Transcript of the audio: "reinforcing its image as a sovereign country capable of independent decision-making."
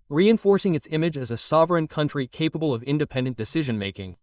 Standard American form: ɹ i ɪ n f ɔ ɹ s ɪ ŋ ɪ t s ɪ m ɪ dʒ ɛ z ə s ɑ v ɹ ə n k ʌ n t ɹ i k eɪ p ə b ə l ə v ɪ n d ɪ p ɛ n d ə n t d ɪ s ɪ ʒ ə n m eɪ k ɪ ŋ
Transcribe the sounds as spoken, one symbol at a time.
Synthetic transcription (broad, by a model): ɹ i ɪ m f ɔ ɹ s ɪ ŋ ɪ t s ɪ m ɪ dʒ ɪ z ə s ɑ v ɹ ə n k ʌ n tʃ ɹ i k eɪ p ə b ə l ə v ɪ n d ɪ p ɛ n d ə n d ɪ s ɪ ʒ ə n m eɪ k ɪ ŋ